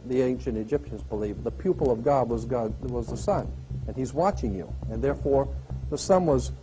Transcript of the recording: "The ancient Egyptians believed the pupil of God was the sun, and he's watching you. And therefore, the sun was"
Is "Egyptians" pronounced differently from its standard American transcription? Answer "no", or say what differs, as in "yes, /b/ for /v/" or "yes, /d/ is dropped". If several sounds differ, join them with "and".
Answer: no